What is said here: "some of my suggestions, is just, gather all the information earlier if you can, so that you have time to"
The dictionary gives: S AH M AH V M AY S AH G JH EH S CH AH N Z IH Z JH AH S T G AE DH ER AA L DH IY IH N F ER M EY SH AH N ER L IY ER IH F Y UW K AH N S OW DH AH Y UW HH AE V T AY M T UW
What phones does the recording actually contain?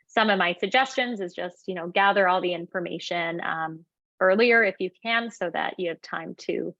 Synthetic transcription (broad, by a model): S AH M AH V M AY S AH G JH EH S CH AH N Z IH Z JH AH S T G AE DH ER AA L DH IY IH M F ER M EY SH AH N ER L IY ER IH F Y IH K AH N S OW DH AH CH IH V T AY M T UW